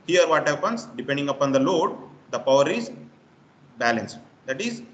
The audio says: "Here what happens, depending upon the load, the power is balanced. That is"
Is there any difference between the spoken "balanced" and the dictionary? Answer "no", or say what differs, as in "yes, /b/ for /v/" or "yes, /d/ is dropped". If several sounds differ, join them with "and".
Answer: no